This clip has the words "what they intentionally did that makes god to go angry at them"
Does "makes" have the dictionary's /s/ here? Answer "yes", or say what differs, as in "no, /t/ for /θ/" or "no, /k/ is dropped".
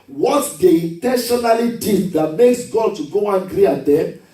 yes